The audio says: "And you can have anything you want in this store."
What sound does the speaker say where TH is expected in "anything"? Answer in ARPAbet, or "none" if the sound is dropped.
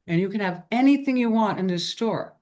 TH